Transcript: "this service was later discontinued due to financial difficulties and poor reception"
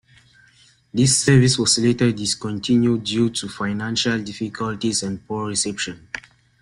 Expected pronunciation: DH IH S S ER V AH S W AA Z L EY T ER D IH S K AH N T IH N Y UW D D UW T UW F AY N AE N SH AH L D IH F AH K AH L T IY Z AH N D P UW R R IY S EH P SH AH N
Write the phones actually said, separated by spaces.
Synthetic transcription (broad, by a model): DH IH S S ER V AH S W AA S L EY T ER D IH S K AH N T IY N Y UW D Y UW T UW F AY N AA N SH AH L D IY F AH K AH L T IY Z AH N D P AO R R IY S EH P SH AH N